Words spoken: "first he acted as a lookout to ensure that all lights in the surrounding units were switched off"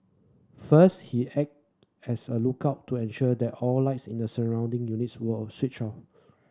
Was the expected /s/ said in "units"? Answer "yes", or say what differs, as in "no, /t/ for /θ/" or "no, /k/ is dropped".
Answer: yes